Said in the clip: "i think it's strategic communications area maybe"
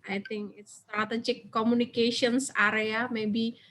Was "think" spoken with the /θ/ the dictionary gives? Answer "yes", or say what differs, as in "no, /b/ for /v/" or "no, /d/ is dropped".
no, /t/ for /θ/